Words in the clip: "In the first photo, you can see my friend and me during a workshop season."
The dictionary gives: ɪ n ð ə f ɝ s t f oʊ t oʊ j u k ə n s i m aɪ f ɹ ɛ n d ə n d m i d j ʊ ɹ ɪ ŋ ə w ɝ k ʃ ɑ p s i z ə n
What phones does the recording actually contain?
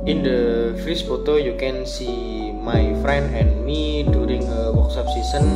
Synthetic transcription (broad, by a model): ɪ n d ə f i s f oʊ t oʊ j u k ə n s i m aɪ f ɹ ɛ n d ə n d m i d j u ɹ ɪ ŋ ə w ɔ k s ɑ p s i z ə n